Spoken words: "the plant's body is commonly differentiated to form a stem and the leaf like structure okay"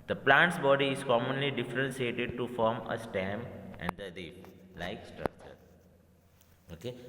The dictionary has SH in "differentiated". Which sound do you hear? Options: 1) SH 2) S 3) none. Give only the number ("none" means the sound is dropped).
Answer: 2